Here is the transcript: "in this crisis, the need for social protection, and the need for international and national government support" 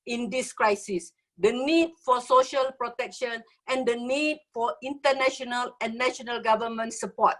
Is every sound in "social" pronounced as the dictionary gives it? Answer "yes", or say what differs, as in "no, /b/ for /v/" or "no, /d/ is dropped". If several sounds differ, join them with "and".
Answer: yes